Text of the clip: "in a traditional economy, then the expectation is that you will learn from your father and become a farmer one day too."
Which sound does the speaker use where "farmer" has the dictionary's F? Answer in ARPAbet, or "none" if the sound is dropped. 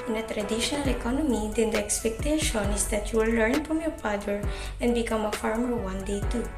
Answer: F